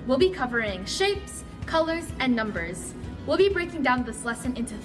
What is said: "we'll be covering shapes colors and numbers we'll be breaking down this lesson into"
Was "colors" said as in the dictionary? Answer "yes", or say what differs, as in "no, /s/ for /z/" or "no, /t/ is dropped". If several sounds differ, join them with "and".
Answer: yes